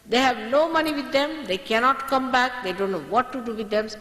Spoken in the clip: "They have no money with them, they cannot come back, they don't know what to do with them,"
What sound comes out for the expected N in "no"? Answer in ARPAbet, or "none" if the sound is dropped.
L